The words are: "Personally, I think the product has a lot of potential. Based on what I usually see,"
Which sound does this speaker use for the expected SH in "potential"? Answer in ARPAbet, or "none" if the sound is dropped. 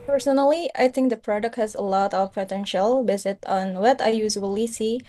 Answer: SH